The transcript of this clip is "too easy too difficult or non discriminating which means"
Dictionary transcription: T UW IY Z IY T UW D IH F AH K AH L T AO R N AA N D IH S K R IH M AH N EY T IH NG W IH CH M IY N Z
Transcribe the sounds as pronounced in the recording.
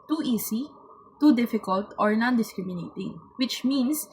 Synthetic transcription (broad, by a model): T UW IY S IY T UW D IH F AH K AH L T AO R N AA N D IH S K R IH M AH N EY T IH NG W IH CH M IY N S